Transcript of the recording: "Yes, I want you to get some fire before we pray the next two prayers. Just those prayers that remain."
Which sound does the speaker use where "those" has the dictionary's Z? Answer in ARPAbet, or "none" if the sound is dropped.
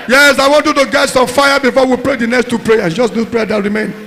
none